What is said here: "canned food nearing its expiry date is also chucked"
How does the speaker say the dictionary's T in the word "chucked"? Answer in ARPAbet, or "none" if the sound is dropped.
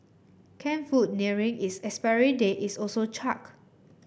none